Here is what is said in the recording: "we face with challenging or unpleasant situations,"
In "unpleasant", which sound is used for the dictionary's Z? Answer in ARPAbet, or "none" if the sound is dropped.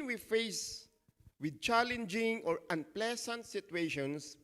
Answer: S